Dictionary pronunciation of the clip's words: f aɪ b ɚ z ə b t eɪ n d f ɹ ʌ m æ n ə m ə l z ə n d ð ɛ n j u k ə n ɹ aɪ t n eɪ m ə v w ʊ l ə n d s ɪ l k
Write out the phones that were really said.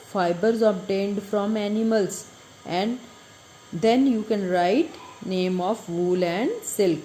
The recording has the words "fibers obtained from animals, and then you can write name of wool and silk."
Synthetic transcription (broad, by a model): f aɪ b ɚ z ə b t eɪ n d f ɹ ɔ m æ n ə m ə l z ə n d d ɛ n j u k ə n ɹ aɪ t n eɪ m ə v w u l ə n d s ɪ l k